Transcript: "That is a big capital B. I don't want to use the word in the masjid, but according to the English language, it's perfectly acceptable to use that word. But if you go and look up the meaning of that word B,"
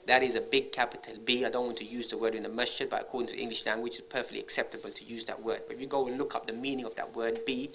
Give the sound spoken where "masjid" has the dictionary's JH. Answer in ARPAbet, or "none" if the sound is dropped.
CH